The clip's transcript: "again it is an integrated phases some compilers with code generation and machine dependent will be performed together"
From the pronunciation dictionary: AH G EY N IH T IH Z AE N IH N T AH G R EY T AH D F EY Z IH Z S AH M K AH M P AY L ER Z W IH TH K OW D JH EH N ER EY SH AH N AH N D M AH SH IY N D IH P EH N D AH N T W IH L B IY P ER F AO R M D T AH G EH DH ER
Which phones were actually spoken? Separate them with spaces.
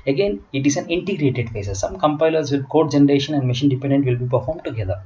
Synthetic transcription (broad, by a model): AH G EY N IH T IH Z AE N IH N T AH G R EY T AH D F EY S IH S AH M K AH M P AY L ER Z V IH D K OW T JH EH N ER EY SH AH N AH N D M AH SH IY N D IH P EH N D AH N T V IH L B IY P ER F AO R M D T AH G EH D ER